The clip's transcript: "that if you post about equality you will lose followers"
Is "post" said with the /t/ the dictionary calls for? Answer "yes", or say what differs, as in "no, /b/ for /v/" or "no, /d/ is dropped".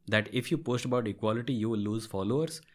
yes